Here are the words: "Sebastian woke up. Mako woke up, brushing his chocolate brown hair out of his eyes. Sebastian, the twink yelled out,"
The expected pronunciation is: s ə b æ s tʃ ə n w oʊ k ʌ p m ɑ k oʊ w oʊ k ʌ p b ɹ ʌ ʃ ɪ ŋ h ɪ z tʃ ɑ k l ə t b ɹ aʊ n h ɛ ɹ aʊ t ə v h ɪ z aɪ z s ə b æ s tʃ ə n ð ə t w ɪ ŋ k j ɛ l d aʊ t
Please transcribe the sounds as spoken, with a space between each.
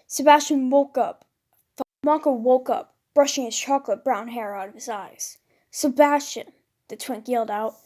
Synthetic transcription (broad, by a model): s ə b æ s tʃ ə n w oʊ k ʌ p m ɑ k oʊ w oʊ k ʌ p b ɹ ʌ ʃ ɪ ŋ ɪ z tʃ ɑ k l ə t b ɹ aʊ n h ɛ ɹ aʊ t ə v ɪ z aɪ z s ə b æ s tʃ ə n ð ə t w ɪ ŋ k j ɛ l d aʊ t